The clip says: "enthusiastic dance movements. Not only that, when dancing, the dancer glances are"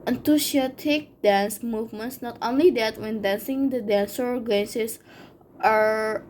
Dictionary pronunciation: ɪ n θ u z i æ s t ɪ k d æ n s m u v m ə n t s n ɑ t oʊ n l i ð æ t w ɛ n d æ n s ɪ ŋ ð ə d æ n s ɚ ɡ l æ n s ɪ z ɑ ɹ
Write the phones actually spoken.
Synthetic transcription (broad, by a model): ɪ n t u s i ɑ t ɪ k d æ n s m u v m ə n t s n ɑ t oʊ n l i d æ t w ɛ n d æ n s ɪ ŋ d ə d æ n s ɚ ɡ æ n s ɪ s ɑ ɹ